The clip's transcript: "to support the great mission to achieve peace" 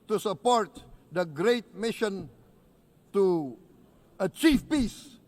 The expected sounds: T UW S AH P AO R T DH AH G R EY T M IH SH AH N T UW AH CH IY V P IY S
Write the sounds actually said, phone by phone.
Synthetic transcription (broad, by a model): T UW S AH P AO R T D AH G R EY T M IH SH AH N T UW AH CH IY F P IY S